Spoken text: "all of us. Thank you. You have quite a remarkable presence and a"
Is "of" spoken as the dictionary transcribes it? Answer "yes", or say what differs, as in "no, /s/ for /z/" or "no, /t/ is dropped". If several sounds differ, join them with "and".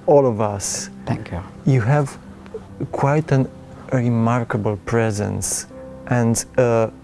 yes